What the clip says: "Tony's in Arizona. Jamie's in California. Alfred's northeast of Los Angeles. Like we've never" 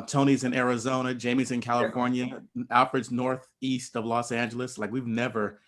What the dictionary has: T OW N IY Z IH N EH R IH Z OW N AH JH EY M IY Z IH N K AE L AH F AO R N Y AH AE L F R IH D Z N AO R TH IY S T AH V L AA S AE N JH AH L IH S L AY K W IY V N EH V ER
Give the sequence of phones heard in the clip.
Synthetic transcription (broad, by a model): T OW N IY Z IH N EH R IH Z OW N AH JH EY M IY Z IH N K AE L AH F AO R N Y AH AE L F R IH D Z N AO R TH IY S T AH V L AA S AE N JH L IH S L AY K W IY V N EH V ER